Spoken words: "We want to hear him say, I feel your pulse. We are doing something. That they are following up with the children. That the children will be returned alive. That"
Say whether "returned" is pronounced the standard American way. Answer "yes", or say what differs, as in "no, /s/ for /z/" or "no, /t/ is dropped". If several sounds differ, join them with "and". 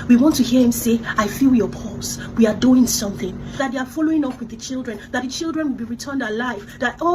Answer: yes